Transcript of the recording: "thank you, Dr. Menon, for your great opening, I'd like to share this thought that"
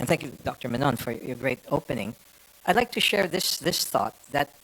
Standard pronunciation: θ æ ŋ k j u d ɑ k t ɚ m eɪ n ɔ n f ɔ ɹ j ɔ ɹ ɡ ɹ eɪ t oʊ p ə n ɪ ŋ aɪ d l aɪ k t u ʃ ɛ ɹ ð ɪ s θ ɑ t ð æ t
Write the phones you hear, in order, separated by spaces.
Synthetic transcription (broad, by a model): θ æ ŋ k j u d ɑ k t ɚ m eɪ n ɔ n f ɔ ɹ j ɔ ɹ ɡ ɹ eɪ t oʊ p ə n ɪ ŋ aɪ d l aɪ k t u ʃ ɛ ɹ ð ɪ s θ ɑ t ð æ t